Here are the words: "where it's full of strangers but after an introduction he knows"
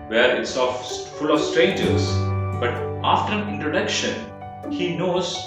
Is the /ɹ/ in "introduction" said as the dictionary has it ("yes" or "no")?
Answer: yes